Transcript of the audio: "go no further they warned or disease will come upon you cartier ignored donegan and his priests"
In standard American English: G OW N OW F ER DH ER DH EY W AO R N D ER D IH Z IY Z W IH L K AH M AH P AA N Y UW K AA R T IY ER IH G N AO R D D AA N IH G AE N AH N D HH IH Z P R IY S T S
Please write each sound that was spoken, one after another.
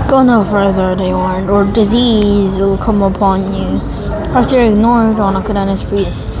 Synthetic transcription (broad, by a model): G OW N OW F ER DH ER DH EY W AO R N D ER D IH Z IY Z W IH L K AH M AH P AA N Y UW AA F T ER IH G N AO R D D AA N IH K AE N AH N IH S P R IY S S